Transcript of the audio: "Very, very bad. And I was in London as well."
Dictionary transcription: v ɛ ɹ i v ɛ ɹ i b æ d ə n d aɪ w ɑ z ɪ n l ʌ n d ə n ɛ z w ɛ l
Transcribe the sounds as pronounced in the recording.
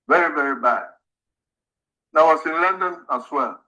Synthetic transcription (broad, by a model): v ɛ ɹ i v ɛ ɹ i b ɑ ə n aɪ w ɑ s ɪ n l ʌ n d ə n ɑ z w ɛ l